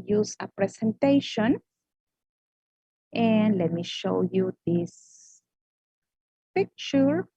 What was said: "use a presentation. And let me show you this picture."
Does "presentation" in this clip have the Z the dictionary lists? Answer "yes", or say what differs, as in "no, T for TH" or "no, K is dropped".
no, S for Z